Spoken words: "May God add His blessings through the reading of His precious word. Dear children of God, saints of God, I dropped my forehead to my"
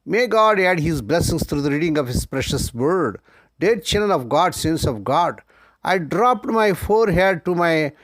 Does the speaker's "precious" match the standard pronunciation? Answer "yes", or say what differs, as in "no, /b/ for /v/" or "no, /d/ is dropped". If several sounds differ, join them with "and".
yes